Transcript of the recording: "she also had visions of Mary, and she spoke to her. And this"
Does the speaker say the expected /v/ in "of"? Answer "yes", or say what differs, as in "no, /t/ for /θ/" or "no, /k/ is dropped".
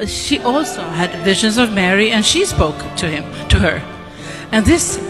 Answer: yes